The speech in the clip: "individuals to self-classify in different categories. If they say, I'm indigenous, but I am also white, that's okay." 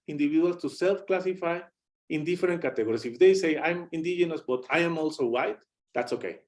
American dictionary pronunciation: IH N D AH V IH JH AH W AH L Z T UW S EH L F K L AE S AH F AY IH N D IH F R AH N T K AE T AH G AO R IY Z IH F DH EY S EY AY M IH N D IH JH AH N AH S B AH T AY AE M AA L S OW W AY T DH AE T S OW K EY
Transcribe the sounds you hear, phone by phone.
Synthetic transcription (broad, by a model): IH N D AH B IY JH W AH L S T UW S EH L F K L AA S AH F AY IH N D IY F R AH N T K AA T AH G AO R IY S IH F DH EY S EY AY M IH N D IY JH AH N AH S B AH T AY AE M AA L S OW W AY T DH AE T S OW K EY